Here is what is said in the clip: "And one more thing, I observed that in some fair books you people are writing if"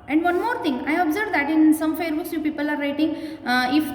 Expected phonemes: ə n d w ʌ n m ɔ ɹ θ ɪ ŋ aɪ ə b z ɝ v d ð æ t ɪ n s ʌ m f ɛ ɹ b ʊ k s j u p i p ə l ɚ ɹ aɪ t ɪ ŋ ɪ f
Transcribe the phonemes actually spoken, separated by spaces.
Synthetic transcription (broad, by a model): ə n d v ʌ n m ɔ ɹ t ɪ ŋ aɪ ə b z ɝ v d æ t ɪ n s ʌ m f ɛ ɹ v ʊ s j u p i p ə l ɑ ɹ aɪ t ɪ ŋ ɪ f